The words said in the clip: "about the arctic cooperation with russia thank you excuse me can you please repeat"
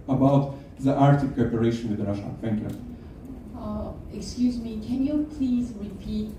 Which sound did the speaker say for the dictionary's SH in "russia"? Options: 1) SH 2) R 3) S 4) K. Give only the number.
1